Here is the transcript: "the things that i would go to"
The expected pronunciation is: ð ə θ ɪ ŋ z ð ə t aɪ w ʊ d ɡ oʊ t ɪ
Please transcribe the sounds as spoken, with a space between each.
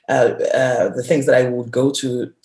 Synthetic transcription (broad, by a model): ð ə θ ɪ ŋ z ð ə t aɪ w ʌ d ɡ oʊ t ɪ